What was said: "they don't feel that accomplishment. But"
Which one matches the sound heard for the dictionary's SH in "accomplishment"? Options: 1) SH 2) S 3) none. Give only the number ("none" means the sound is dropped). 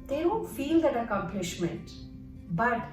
1